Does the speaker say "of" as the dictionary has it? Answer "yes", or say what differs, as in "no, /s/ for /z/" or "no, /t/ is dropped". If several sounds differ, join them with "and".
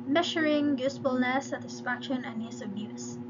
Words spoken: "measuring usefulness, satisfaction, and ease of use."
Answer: no, /b/ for /v/